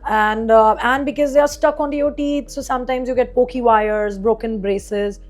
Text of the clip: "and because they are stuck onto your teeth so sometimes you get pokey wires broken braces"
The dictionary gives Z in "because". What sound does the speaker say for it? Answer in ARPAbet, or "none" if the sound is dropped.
Z